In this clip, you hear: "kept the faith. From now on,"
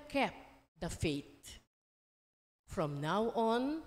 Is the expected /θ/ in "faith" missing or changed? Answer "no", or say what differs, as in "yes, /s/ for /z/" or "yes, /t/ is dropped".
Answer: yes, /t/ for /θ/